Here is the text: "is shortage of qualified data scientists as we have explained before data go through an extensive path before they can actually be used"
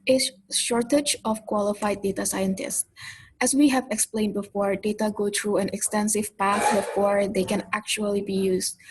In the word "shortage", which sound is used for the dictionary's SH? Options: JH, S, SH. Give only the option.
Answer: SH